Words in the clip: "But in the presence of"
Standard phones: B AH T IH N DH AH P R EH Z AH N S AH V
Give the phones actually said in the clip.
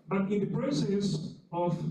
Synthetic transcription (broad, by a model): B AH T IH N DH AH P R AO S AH S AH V